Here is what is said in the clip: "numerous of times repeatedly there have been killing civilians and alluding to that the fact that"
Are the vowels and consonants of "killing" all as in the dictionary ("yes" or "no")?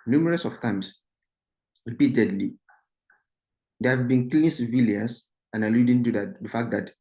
no